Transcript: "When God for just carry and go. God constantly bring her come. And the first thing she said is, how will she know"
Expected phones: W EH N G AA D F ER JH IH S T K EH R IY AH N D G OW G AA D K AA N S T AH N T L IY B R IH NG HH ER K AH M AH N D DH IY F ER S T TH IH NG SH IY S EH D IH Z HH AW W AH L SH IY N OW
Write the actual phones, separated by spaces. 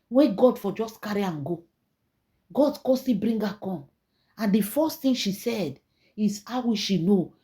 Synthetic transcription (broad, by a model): W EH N G AA D F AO JH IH S K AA R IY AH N G OW G AA D K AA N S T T IY B R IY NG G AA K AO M AH N D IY F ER S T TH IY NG SH IY S EH D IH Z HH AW W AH SH IY N OW